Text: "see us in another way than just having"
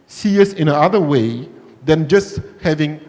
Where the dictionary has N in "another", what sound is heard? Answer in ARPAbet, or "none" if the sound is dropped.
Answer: none